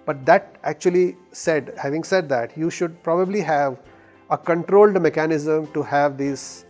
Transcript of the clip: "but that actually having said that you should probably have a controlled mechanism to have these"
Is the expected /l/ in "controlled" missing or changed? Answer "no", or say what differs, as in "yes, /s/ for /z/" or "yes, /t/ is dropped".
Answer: no